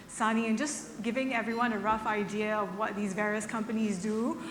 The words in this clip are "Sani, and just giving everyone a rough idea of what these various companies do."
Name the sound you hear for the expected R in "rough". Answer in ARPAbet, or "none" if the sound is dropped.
R